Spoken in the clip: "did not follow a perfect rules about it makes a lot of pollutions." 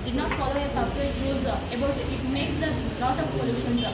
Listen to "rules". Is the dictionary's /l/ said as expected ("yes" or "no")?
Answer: no